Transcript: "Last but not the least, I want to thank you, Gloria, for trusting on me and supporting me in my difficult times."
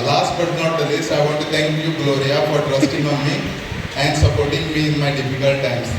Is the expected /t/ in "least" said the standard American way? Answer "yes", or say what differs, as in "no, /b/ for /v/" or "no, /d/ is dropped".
no, /t/ is dropped